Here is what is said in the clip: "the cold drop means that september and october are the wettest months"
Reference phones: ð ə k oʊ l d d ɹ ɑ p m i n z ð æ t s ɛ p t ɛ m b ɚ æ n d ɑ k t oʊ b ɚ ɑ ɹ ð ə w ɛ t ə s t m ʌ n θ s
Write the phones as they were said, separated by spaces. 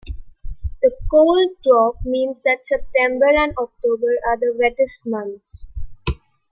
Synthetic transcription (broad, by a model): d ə k oʊ l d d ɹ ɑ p m i n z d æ t s ɛ p t ɛ m b ɚ æ n d ɑ k t oʊ b ɚ ɑ ɹ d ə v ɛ t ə s t m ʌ n t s